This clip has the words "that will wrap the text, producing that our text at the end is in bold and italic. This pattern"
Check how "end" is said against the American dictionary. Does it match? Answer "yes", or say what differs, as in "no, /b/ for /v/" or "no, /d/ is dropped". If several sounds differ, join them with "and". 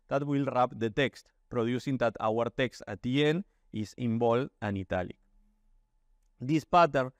no, /d/ is dropped